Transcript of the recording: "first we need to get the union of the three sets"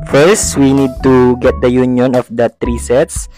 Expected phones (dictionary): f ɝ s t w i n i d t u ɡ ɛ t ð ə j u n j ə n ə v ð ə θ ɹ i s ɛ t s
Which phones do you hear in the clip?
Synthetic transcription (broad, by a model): f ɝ s t w i n i d t u ɡ ɛ t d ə j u n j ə n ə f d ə t ɹ i s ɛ t s